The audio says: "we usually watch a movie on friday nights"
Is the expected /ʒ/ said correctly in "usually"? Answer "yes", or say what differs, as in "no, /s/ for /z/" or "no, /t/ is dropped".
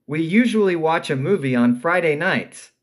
yes